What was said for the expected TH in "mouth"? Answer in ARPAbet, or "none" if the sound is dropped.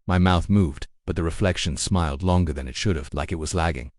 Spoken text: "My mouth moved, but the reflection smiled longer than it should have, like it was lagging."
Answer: TH